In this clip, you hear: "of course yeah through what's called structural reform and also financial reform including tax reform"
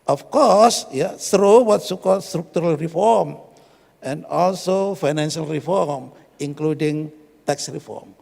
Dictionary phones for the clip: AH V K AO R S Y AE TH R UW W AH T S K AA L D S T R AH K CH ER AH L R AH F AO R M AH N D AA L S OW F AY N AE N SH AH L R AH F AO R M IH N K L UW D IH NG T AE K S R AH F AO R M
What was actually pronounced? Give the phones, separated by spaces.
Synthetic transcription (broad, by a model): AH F K AO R S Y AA S R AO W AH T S K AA L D S T R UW K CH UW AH L R AH F AO R M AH N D AA L S OW F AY N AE N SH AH L R AH F AO R M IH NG K L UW D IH NG T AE K S R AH F AO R M